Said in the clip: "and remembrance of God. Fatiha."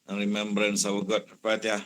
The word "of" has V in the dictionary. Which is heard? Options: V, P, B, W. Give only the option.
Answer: W